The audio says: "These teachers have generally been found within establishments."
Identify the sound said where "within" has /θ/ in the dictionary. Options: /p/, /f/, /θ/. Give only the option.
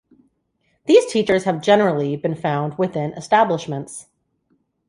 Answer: /θ/